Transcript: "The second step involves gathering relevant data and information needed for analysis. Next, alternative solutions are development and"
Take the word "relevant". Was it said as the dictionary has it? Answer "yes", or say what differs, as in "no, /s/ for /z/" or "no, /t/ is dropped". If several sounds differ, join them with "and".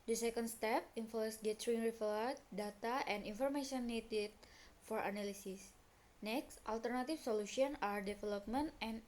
no, /n/ is dropped